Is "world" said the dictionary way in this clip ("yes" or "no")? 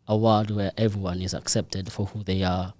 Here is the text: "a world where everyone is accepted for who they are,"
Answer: no